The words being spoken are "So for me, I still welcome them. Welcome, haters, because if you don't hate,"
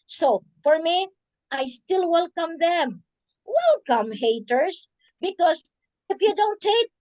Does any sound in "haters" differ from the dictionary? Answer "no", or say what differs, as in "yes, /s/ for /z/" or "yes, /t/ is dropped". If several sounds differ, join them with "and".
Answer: yes, /s/ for /z/